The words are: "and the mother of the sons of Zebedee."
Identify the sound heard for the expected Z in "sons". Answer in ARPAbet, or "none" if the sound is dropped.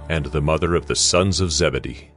Z